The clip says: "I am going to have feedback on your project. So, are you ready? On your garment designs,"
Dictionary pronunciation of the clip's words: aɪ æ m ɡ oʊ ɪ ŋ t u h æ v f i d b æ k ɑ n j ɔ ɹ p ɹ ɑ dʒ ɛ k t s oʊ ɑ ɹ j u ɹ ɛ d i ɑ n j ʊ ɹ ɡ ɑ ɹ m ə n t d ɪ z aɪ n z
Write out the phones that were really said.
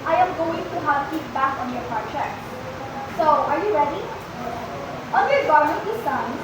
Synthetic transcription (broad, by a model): aɪ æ m ɡ oʊ ɪ ŋ t u h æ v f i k b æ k ɑ n j ɔ ɹ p ɑ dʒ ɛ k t s oʊ ɑ ɹ j u ɹ ɛ d i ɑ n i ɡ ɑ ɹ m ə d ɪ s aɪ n